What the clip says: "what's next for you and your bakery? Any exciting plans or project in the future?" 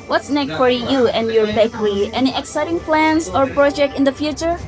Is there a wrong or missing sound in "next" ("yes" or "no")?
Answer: yes